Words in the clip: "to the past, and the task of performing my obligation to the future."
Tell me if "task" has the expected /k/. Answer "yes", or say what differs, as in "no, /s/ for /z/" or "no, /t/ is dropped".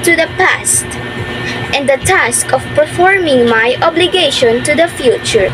yes